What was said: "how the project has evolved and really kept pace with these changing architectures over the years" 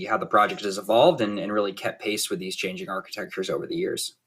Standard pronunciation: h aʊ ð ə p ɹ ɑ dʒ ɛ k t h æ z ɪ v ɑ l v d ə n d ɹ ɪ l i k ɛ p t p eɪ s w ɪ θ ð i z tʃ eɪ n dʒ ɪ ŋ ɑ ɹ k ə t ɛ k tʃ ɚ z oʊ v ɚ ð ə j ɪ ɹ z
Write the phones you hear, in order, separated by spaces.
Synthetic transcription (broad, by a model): h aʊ ð ə p ɹ ɑ dʒ ɛ k t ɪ z ɪ v ɑ l v d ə n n ɹ ɪ l i k ɛ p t p eɪ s w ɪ ð i z tʃ eɪ n dʒ ɪ ŋ ɑ ɹ k ə t ɛ k tʃ ɚ z oʊ v ɚ ð ə j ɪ ɹ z